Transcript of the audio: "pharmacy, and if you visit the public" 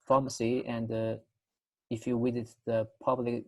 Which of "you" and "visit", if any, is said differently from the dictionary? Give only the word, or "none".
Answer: visit